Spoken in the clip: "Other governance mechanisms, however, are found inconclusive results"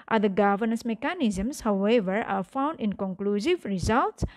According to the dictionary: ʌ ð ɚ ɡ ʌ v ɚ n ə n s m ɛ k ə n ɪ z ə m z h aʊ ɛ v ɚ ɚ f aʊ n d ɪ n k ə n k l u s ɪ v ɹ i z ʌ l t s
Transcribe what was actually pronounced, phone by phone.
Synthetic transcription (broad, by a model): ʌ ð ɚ ɡ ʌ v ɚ n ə n s m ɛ k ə n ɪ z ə m s h aʊ ɛ v ɚ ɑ f aʊ n d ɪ n k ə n k l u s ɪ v ɹ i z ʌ l t s